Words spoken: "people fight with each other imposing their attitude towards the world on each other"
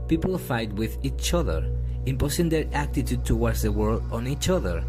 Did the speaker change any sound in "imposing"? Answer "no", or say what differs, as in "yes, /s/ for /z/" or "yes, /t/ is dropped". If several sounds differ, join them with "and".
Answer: yes, /s/ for /z/